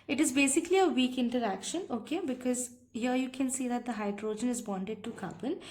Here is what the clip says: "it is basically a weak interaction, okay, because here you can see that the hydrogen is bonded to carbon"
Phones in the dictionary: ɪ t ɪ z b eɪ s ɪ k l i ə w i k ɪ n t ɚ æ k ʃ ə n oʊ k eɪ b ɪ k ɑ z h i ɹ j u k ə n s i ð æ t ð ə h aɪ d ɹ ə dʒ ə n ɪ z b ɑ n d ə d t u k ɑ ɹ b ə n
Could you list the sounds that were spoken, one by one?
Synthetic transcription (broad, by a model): ɪ t ɪ z b eɪ s ɪ k l i ə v i k ɪ n t ɚ æ k ʃ ə n oʊ k eɪ b ɪ k ɑ z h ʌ j u k ə n s i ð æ t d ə h aɪ d ɹ ə dʒ ə n ɪ z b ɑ n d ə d t u k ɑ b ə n